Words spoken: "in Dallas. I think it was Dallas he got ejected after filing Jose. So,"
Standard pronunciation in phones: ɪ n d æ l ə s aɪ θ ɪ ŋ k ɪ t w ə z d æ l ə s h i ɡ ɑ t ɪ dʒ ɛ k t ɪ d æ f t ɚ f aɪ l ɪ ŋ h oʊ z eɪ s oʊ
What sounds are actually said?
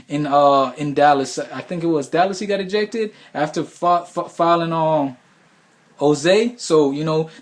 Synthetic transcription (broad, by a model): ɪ n d æ l ə s aɪ θ ɪ ŋ k ɪ t w ə z d æ l ə s h i ɡ ɑ t ɪ dʒ ɛ k t ɪ d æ f t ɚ f aɪ l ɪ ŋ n oʊ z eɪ s oʊ